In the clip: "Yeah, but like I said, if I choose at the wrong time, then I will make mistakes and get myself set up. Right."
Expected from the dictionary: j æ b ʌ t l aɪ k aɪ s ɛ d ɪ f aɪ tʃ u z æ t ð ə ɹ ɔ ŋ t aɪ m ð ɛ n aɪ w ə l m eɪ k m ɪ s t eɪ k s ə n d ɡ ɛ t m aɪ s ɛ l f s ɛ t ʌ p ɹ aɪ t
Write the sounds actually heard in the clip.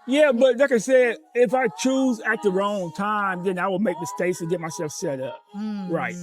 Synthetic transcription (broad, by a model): j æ b ʌ t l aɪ k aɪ s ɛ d ɪ f aɪ tʃ u z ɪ t ð ə ɹ ɔ ŋ t aɪ m ð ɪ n aɪ w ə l m eɪ k m ɪ s t eɪ k s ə ɡ ɛ t m aɪ s ɛ l f s ɛ t ʌ p ɹ aɪ t